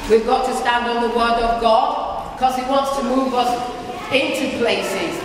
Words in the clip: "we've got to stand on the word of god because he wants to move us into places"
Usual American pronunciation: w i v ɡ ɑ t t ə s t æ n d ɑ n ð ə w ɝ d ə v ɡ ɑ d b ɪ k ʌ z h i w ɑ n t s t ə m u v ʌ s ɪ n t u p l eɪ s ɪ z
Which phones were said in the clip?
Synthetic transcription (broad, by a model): w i v ɡ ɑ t t ə s t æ n d n ð ə w ɝ d ə v ɡ ɑ d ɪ k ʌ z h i w ɑ n t s t ə m u v ʌ s ɪ n t u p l eɪ s ɪ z